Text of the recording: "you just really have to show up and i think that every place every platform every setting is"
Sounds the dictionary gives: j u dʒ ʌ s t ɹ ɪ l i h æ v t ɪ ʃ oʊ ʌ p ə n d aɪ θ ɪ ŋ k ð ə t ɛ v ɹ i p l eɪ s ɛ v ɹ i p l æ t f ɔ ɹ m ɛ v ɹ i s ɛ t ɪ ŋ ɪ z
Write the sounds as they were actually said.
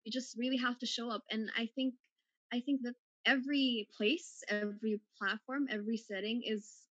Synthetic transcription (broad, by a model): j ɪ dʒ ʌ s t ɹ ɪ l i h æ f t ɪ ʃ oʊ ʌ p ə n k aɪ θ ɪ ŋ k ð ə t ɛ v ɹ i p l eɪ s ɛ v ɹ i p l æ t f ɔ ɹ m ɛ v ɹ i s ɛ t ɪ ŋ ɪ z